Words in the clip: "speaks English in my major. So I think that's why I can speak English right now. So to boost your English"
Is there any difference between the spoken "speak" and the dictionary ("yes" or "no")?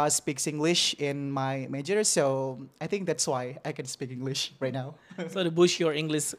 no